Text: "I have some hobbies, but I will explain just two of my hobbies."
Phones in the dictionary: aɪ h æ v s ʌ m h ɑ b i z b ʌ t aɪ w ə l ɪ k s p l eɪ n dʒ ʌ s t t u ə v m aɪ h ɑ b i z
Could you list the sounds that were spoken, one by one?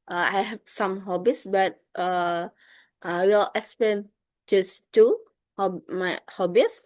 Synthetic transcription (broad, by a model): aɪ h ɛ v s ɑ m h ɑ b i s b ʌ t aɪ w ə l ɪ k s p l eɪ n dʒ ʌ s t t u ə b m aɪ h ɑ b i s